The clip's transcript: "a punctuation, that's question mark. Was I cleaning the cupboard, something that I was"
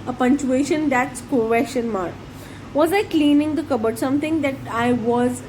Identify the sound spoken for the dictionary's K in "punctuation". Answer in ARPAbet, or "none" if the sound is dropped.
none